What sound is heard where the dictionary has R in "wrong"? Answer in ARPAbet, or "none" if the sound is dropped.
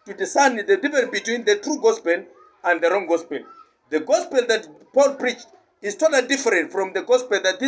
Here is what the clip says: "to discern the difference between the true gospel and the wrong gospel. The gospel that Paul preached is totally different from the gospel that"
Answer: R